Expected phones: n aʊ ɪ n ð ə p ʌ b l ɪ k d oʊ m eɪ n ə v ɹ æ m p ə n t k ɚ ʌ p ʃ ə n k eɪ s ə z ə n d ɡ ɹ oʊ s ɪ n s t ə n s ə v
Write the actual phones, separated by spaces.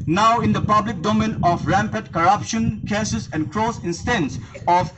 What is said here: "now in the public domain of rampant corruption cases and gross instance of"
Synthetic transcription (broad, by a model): n aʊ ɪ n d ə p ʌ b l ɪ k d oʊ m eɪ n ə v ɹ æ m p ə t k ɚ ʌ p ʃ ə n k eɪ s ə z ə n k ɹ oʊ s ɪ n s t ə n s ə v